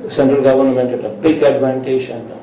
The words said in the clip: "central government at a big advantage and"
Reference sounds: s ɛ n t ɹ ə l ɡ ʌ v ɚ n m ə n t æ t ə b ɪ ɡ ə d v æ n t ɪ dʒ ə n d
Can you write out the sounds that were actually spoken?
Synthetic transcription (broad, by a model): s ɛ n t ɹ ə l ɡ ʌ v ɚ n m ə n t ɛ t ə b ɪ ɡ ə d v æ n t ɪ ʃ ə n